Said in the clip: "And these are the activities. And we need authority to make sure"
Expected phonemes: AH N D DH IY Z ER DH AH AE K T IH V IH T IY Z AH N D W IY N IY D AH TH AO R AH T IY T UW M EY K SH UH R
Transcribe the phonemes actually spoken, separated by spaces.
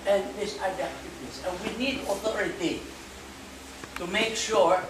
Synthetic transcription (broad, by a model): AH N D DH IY S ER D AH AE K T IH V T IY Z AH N W IY N IY D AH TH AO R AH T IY T UW M EY K SH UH R